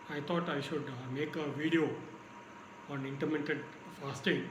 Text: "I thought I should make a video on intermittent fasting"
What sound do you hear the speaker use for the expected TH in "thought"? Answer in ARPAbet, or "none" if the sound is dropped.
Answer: T